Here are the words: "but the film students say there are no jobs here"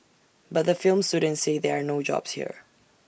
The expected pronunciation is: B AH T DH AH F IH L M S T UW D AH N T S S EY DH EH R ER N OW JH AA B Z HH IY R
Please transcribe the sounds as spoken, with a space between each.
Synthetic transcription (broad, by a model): B AH T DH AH F IH L M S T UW D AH N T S S EY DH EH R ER N OW JH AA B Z HH IY R